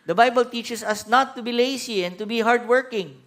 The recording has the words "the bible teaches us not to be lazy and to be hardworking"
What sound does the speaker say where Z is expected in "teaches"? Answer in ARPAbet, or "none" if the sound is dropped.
S